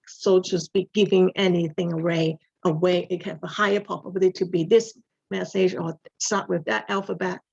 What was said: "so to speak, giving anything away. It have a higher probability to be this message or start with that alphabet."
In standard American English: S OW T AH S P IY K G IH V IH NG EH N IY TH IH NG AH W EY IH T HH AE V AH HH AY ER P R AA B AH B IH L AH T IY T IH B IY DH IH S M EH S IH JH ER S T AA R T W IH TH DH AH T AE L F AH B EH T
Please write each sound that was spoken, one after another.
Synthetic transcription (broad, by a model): S OW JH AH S B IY G IH V IH NG EH N IY TH IH NG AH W EY IH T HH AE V AH HH AY ER P AA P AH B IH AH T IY T IH B IY DH IH S M EH S IH JH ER S T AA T W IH DH AH T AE L F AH B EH T